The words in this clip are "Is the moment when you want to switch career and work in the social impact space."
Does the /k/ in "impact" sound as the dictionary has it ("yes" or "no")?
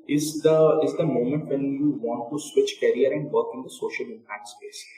no